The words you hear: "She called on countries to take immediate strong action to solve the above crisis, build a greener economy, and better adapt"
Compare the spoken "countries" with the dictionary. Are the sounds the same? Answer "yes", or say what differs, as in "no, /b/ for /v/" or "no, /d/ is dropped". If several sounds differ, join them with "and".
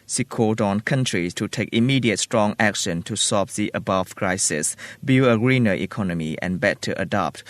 no, /s/ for /z/